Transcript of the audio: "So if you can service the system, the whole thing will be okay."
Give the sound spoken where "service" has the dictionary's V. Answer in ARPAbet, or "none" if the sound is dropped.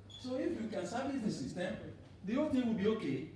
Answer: B